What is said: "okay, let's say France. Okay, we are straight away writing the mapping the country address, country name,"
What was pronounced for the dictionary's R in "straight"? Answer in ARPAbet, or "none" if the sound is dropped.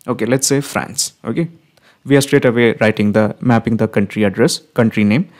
R